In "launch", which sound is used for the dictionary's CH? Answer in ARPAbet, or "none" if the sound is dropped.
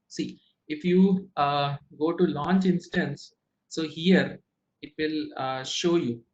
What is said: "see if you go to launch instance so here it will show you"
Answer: CH